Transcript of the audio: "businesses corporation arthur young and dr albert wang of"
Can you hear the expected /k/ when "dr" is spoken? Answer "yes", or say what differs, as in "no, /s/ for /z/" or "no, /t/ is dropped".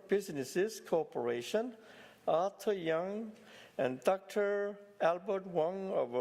yes